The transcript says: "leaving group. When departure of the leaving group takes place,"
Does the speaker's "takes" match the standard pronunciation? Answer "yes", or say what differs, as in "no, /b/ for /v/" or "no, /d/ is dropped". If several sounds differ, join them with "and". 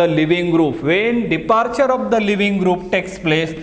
yes